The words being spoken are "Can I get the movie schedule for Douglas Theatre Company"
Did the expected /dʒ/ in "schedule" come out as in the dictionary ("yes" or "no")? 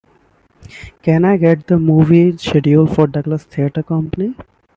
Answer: no